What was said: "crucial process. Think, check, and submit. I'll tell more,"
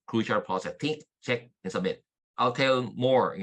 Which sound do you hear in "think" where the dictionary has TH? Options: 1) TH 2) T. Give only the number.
2